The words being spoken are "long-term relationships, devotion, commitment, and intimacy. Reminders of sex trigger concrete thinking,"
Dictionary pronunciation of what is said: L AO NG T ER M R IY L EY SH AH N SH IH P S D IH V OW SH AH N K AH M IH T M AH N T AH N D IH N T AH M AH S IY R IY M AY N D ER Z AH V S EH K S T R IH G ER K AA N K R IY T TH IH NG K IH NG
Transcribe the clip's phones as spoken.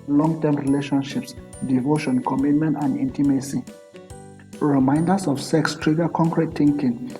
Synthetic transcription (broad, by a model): L AO NG T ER M R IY L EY SH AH N SH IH P S D IH V OW SH AH N K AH M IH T M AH N T AH N D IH N T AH M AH S IY R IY M AY N D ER S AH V S EH K S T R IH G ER K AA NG K R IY T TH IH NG K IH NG